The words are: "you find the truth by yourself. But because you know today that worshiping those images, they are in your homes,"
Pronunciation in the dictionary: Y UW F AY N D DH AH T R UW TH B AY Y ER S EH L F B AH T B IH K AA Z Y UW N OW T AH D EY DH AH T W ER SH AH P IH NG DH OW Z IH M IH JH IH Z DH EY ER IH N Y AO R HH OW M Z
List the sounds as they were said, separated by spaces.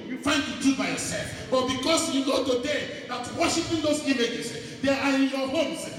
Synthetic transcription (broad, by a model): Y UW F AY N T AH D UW B AY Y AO S EH L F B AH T B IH K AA S Y UW N OW T AH D EY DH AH T W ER SH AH P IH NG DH OW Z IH M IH JH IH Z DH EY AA IH N Y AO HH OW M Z